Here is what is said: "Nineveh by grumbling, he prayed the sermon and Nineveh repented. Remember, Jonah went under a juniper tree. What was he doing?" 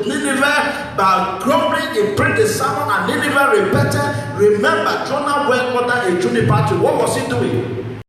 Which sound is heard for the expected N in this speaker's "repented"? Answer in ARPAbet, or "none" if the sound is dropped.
none